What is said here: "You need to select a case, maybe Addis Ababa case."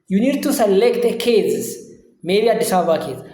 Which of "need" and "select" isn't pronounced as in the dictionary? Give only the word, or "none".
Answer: none